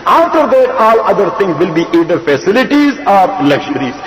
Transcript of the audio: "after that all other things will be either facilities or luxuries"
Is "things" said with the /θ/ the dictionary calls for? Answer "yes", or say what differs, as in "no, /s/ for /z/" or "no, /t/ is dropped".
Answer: no, /t/ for /θ/